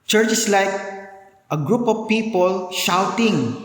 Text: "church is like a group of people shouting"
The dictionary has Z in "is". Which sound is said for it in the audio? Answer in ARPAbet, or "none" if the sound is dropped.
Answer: S